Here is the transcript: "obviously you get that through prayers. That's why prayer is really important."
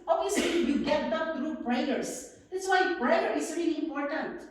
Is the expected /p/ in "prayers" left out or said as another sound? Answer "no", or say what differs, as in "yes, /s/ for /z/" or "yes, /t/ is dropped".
yes, /b/ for /p/